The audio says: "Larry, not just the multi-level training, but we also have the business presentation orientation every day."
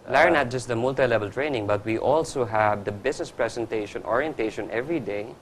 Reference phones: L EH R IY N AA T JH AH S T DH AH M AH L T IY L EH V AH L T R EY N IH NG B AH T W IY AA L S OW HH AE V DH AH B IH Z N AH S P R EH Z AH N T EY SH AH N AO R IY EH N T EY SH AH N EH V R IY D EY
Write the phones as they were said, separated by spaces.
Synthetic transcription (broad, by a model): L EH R N AA T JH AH S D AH M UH L T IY L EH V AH L T R EY N IH NG B AH T W IY AA L S OW HH AE V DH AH B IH S N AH S P R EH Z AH N T EY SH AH N AO R IY EH N T EY SH AH N EH V R IY D EY